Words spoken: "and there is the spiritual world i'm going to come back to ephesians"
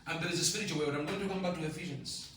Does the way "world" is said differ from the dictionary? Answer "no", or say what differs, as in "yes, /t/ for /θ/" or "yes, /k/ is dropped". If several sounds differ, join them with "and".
yes, /w/ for /l/